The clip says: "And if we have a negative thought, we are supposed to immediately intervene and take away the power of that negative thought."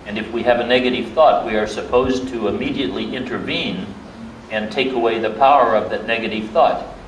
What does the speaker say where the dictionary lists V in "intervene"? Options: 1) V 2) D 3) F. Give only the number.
1